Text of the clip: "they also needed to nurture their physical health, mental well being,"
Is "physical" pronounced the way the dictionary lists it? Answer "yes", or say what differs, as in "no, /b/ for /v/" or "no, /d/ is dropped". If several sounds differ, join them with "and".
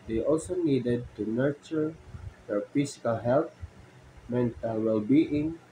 no, /s/ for /z/